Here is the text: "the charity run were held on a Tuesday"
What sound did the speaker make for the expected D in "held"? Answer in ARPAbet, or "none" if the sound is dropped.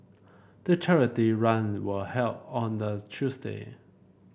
none